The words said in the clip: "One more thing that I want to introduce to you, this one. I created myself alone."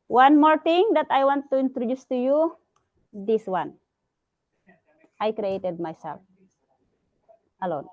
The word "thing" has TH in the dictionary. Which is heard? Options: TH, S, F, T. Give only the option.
T